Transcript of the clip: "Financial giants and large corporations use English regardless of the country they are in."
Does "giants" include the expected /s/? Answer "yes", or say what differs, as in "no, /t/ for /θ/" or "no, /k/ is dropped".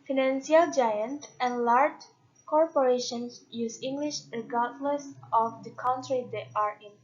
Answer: no, /s/ is dropped